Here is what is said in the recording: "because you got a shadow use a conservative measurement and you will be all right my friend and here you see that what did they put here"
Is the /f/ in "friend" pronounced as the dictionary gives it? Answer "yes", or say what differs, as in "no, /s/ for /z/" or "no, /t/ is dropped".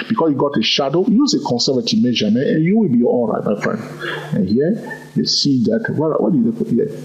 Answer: yes